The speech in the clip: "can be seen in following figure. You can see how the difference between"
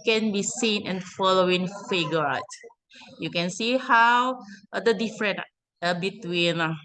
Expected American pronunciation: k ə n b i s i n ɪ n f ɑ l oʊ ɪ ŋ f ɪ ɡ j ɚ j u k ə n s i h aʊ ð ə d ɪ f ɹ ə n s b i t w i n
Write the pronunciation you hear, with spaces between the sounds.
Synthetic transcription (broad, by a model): k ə n b i s i n ɪ n f ɑ l oʊ ɪ ŋ f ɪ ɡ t j u k ə n s i h aʊ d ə d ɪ f ɹ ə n b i t w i n